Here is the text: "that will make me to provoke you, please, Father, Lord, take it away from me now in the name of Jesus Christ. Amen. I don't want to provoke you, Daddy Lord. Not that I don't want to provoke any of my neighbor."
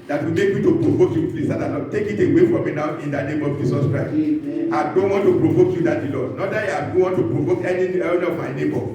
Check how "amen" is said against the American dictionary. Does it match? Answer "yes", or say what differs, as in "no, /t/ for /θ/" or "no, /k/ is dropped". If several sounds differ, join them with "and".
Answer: no, /m/ is dropped